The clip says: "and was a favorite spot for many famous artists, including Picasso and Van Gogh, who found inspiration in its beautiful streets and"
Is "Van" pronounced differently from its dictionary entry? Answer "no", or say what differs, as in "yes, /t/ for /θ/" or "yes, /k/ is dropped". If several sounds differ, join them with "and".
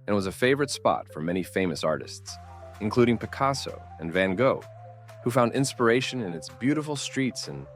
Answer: no